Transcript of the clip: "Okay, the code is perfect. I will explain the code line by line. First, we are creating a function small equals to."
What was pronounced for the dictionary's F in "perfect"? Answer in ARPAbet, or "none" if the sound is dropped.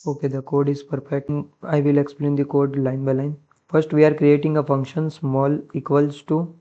P